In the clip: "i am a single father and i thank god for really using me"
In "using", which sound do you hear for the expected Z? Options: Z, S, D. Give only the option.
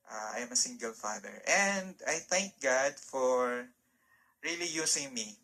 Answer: S